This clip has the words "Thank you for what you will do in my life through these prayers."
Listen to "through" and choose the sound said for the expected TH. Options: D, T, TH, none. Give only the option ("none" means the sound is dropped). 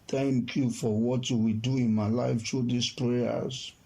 T